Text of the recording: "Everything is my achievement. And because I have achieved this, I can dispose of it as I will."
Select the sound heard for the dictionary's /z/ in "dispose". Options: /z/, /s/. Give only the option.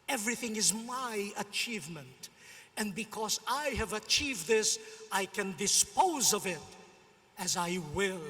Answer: /z/